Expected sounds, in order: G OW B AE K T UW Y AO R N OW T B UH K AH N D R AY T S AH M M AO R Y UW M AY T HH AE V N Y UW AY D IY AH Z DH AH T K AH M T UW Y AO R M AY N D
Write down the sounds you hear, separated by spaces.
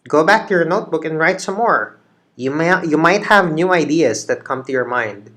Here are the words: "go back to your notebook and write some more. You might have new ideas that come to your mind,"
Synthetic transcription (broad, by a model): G OW B AE K T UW Y AO R N OW T B UH K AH N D R AY T S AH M M AO R Y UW M AY T HH AE V N Y UW AY D IY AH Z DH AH T K AH M T UW Y AO R M AY N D